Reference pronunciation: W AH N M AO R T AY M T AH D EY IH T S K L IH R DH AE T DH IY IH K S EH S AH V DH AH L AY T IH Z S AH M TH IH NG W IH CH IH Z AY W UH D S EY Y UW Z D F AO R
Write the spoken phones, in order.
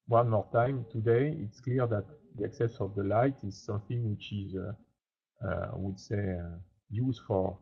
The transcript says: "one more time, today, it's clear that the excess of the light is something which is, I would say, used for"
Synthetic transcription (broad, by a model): W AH N M AO R T AY M T AH D EY IH T S K L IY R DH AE T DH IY IH K S EH S AH V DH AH L AY T IH Z S AH M TH IH NG W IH CH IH Z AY W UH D S EY Y UW Z D F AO R